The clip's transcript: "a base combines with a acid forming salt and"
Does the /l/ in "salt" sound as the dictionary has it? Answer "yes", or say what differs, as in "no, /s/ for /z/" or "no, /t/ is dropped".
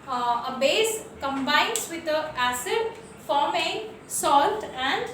yes